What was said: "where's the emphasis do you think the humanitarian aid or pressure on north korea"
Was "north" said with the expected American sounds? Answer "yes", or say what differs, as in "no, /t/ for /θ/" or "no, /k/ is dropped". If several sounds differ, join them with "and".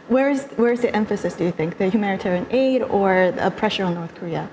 yes